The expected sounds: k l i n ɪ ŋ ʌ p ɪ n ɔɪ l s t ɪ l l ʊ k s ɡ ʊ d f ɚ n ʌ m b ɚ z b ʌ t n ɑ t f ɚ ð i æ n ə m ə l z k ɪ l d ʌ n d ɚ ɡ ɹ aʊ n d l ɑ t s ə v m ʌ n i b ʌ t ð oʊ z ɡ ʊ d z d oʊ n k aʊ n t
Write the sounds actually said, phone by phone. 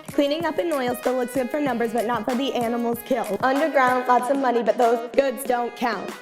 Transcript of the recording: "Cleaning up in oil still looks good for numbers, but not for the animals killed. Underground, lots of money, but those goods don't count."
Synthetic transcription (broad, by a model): k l i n ɪ ŋ ʌ p ɪ n ɔɪ l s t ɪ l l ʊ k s ɡ ʊ d f ɚ n ʌ m b ɚ z b ʌ t n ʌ t f ɚ ð i æ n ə m l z k ɪ l d ʌ n d ɚ ɡ ɹ aʊ n d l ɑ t s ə m ʌ n i b ʌ t ð oʊ z ɡ ʊ d z d oʊ n k aʊ n t